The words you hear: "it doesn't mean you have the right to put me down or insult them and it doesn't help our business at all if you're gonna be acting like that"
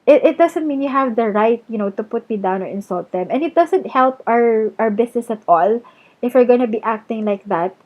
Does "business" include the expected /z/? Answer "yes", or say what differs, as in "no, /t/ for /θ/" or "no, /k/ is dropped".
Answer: no, /s/ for /z/